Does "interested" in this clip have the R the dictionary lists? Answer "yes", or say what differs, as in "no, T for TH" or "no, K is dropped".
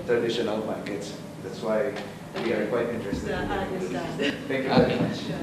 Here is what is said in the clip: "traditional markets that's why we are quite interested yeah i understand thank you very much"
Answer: yes